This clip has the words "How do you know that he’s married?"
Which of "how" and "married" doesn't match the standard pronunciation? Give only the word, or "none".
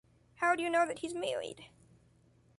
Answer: married